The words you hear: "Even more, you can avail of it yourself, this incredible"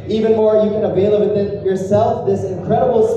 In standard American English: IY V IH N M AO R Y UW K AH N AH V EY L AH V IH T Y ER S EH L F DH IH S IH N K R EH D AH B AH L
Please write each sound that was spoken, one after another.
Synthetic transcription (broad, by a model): IY V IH N M AO R Y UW K AH N AH V EY L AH B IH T Y ER S EH L F DH IH S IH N K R EH D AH B L